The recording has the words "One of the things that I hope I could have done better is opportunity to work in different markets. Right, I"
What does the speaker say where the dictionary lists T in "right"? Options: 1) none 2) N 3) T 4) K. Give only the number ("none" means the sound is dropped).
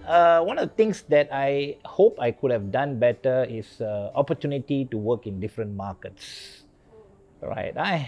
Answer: 3